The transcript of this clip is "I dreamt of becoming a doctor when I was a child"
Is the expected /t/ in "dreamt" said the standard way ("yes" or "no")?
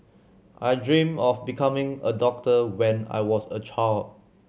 no